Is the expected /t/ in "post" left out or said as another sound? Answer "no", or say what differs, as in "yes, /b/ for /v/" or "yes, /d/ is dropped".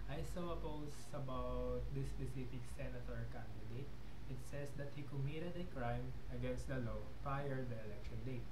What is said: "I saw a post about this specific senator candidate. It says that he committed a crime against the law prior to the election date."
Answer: yes, /t/ is dropped